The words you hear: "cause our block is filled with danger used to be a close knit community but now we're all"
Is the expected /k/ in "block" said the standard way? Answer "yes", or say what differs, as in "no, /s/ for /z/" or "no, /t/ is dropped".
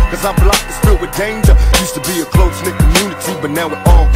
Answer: no, /k/ is dropped